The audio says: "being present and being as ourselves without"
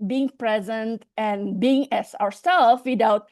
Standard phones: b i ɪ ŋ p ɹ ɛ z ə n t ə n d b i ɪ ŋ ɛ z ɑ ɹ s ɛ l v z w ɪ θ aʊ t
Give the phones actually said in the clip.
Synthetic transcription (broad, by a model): b i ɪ ŋ p ɹ ɛ z ə n t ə n b i ɪ ŋ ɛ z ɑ ɹ s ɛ l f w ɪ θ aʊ t